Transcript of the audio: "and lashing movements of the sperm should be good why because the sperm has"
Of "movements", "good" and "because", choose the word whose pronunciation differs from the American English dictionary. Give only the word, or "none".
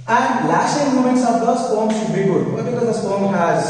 movements